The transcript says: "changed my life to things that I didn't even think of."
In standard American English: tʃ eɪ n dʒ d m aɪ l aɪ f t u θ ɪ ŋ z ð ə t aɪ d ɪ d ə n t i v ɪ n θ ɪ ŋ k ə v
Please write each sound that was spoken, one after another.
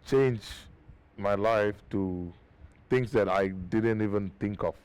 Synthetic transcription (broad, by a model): tʃ eɪ n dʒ m aɪ l aɪ f t u t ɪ ŋ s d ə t aɪ d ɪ d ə n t i v ɪ n t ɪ ŋ k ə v